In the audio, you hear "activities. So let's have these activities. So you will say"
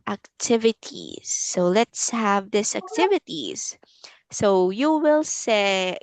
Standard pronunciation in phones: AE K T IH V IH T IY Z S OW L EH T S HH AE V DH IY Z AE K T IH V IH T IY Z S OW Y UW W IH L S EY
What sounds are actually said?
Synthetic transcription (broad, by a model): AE K T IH V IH T IY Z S OW L EH T S HH AE V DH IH S AE K T IH V IH T IY Z S OW Y UW W IH L S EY